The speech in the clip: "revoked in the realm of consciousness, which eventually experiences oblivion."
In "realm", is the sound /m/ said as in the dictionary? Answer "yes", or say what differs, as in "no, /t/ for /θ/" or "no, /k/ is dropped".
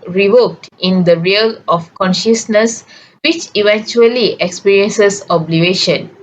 no, /m/ is dropped